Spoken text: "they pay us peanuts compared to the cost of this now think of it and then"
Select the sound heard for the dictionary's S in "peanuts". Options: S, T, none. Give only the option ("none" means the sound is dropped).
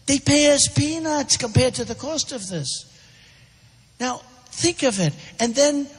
S